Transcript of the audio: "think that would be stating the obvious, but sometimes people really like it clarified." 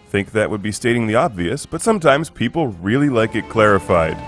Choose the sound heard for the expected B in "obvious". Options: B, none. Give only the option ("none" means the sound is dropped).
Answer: B